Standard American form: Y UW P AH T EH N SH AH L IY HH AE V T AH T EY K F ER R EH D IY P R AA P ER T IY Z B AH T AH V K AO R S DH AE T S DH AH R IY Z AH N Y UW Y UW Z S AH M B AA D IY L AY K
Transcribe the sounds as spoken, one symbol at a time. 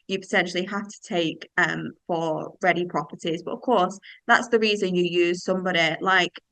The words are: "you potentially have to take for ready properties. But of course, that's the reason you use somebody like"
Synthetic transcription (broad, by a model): Y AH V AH S EH N SH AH L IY HH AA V T AH T EY K F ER R EH D IY P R AA P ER T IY Z B AH T AH V K AO R S DH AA T S DH AH R IY Z AH N Y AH Y UW Z S AH M B AA D IY L AY K